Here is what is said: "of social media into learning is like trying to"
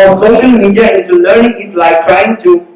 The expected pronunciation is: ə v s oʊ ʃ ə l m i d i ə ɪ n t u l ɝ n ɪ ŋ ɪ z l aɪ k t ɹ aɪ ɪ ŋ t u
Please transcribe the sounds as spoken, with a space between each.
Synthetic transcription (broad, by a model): s oʊ ʃ ə l m i d i ə ɪ n t u l ɝ n ɪ ŋ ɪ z l aɪ k t ɹ aɪ ɪ ŋ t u